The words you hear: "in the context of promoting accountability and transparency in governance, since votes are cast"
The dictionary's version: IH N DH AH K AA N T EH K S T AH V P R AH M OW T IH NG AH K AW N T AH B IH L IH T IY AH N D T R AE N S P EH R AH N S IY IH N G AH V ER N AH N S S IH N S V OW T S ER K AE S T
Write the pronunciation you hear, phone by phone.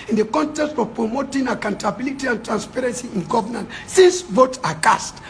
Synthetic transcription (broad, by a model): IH N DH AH K AA N T EH K S T AH V P R AH M OW T IH NG AH K AW N T AH B IH L IH T IY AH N T R AE N S P EH R AH N S IY IH N G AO V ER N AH N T S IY N S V OW T AA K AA S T